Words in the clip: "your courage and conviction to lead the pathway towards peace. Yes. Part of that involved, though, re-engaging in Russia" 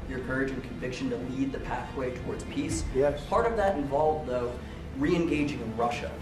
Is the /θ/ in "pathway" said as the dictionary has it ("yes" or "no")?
yes